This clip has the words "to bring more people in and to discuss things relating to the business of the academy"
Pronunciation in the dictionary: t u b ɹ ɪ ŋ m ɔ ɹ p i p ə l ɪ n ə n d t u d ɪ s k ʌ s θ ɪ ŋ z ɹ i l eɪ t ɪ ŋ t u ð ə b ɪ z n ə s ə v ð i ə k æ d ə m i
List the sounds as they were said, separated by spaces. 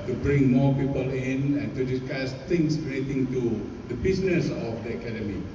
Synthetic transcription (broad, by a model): t u b ɹ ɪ ŋ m ɔ p i p ə l ɪ n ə n t u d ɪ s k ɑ s t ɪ ŋ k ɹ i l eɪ t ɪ ŋ t u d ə b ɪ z n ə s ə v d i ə k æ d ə m i